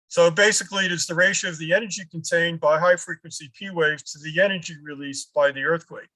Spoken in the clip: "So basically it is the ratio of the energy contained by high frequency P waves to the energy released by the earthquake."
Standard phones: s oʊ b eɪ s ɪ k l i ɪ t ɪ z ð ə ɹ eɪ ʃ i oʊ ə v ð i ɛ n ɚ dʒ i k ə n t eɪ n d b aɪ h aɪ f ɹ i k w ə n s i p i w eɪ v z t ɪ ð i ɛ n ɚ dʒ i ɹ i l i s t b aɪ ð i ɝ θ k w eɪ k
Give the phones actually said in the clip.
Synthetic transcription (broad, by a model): s oʊ b eɪ s ɪ k l i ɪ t ɪ z ð ə ɹ eɪ ʃ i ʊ ə v ð i ɛ n ɚ dʒ i k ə n t eɪ n b aɪ h aɪ f ɹ i k w ə n s i p i w eɪ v t ɪ ð i ɛ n ɚ dʒ i ɹ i l i s b aɪ ð i ɝ θ k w eɪ k